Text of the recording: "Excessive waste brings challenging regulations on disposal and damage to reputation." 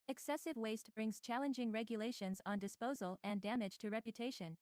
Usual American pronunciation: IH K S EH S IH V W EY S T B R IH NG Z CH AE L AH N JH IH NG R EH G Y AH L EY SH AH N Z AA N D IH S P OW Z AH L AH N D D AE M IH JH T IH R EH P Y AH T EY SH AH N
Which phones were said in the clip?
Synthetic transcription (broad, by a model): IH K S EH S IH V W EY S T B R IH NG Z CH AE L AH N JH IH NG R EH G Y AH L EY SH AH N Z N D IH S P OW Z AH L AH N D D AE M IH JH T IH R EH P Y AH T EY SH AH N